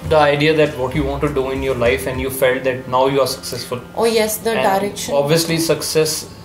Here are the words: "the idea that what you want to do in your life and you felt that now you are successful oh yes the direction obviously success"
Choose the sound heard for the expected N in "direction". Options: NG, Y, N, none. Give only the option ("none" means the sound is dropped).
none